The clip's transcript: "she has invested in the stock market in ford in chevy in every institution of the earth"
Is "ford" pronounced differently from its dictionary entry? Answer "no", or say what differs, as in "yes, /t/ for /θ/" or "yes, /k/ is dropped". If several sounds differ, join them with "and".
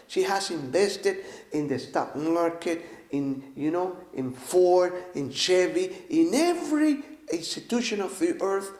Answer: yes, /d/ is dropped